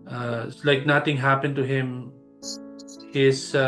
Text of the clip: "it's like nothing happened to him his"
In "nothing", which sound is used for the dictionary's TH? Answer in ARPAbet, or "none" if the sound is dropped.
T